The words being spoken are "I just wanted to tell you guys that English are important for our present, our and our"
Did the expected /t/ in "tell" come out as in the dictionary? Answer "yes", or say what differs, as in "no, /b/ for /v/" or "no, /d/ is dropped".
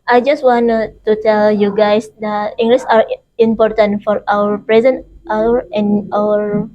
yes